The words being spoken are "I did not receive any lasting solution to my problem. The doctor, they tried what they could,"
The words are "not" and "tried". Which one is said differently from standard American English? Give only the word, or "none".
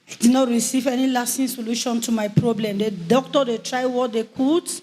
none